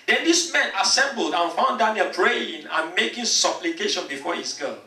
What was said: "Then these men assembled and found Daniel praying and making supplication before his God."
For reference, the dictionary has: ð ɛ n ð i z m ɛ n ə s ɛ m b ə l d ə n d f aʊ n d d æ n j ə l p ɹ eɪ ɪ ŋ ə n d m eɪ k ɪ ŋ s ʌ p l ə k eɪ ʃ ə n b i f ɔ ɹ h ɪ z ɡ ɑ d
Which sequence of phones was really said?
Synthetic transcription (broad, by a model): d ɛ n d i s m ɛ n ə s ɛ m b ə l d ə f aʊ n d d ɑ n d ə p ɹ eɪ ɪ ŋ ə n m eɪ k ɪ ŋ s ʌ p l ə k eɪ ʃ ə n b i f ɔ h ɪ s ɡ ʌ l